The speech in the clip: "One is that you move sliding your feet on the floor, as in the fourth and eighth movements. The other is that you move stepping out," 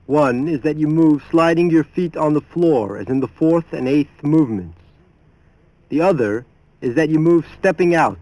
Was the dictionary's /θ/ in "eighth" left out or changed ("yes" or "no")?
no